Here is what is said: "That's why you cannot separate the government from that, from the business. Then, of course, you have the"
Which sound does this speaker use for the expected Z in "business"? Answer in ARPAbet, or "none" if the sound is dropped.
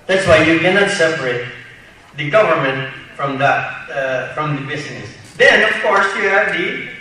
S